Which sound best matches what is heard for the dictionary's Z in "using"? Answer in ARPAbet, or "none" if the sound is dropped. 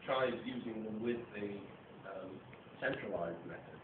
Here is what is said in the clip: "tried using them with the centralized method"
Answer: Z